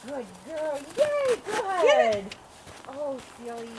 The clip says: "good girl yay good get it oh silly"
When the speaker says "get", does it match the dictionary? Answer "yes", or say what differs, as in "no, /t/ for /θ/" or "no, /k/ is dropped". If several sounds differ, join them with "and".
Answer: no, /t/ is dropped